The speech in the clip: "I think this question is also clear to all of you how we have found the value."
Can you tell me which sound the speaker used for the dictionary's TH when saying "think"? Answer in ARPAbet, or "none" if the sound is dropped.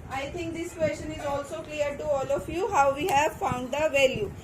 T